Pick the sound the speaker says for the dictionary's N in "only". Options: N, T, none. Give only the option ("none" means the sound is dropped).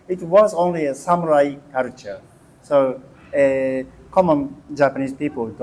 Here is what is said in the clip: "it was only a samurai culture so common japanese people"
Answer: N